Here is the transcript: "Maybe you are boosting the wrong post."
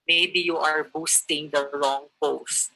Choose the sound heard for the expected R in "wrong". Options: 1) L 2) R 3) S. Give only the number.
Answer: 1